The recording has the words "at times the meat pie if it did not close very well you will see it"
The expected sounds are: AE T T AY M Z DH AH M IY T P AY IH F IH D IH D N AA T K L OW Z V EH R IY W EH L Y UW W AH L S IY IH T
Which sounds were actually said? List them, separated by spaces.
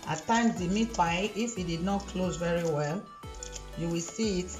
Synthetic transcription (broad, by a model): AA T T AY M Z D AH M IY T B AY IH F IH D IH D N AA T K L OW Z V EH R IY W EH L Y UW W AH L S IY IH T